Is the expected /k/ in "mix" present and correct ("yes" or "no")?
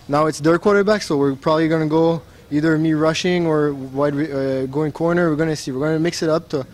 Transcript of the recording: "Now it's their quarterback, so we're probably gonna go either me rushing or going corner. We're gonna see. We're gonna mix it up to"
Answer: yes